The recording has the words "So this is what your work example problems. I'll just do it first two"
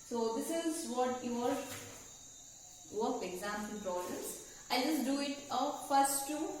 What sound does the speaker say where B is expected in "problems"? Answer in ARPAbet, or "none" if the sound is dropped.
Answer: none